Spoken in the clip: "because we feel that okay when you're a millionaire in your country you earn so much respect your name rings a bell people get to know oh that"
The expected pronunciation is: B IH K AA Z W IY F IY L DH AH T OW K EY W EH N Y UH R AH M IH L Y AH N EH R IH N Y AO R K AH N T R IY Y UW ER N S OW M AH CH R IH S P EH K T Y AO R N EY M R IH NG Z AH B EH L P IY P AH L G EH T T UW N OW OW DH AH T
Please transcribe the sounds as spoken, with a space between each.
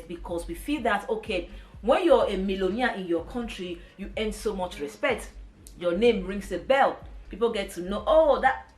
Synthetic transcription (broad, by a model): B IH K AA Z W IY F IY L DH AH T OW K EY W EH N Y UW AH AH M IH L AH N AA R IH N Y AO K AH N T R IY Y UW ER N S OW M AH CH R IH S P EH K T Y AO N EY M R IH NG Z AH B EH L P IY P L G EH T T UW N OW OW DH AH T